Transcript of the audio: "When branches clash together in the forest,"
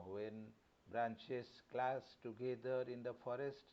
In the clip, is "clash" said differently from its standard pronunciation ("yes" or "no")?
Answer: yes